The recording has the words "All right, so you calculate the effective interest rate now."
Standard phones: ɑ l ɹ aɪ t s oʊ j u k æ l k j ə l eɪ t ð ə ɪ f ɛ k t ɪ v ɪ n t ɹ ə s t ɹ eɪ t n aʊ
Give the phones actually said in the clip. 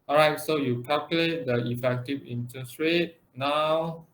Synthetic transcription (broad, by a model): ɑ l ɹ aɪ t s oʊ j u k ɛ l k j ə l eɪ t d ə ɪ f ɛ k t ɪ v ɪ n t ə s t ɹ eɪ t n aʊ